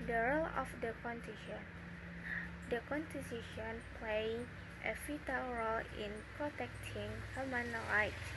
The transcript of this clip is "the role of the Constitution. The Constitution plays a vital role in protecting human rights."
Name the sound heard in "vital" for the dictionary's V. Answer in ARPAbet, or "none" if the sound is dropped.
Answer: F